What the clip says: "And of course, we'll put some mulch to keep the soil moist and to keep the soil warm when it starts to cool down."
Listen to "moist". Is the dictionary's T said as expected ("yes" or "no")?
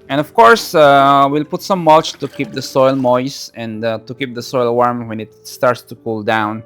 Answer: no